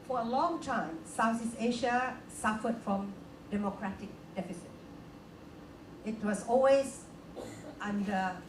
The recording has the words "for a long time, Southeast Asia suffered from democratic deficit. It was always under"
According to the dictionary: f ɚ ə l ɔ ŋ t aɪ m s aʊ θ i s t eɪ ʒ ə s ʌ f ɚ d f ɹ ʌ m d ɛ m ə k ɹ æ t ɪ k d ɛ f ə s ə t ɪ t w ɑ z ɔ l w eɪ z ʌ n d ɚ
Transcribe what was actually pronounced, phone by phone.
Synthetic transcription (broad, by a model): f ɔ ə l ɔ ŋ t aɪ m s aʊ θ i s eɪ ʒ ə s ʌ f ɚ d f ɹ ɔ m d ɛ m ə k ɹ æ t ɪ k d ɛ f ə s ə t ɪ t w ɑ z ɔ l w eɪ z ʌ n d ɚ